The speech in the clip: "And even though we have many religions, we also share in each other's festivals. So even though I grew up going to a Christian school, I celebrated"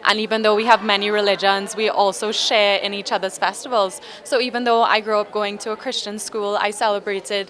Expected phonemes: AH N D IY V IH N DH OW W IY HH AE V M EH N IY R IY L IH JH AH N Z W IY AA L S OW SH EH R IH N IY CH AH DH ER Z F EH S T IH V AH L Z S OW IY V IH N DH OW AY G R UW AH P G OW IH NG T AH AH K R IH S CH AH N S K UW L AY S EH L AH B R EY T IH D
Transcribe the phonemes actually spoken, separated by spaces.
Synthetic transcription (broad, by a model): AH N IY V IH N DH OW W IY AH V M EH N IY R IY L IH JH AH N Z W IY AA L S OW SH EH R IH N IY CH AH DH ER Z F EH S T IH V AH L Z S OW IY V IH N DH OW AY G R UW AH P G OW IH NG T AH AH K R IH S CH AH N S K UW L AY S EH L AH B R EY T IH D